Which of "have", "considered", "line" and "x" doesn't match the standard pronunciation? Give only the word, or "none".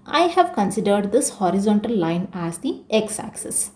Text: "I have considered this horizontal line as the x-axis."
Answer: none